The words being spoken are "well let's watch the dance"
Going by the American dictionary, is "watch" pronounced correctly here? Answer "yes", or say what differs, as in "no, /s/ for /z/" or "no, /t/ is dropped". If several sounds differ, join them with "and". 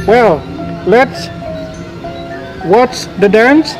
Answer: no, /s/ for /tʃ/